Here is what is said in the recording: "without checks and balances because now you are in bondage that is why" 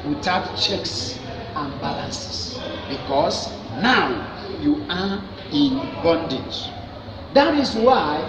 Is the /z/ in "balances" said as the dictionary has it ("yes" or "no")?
no